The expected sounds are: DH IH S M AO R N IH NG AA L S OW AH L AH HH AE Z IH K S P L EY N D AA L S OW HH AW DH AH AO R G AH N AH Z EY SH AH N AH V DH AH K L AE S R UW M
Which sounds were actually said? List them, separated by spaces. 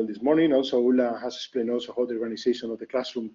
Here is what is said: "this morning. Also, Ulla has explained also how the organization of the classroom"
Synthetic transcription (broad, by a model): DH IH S M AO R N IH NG AA L S OW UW L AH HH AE S IH K S P L EY N D AA L S OW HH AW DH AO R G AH N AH S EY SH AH N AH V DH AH K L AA S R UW M